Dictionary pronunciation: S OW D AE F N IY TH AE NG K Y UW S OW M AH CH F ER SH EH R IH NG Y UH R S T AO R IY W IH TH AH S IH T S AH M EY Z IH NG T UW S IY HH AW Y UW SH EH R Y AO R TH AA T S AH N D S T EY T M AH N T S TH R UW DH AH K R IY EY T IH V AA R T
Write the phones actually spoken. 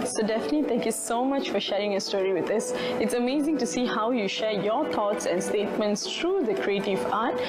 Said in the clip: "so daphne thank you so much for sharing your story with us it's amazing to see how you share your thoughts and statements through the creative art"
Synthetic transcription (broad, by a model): S OW D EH F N IY T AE NG K Y UW S OW M AH CH F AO SH EH R IH NG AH S T AO R IY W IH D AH S IH T S AH M EY Z IH NG T UW S IY HH AW Y UW SH EH R Y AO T AA T S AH N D S T EY T M AH N T S T R UW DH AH K R IY EY T IH V AA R T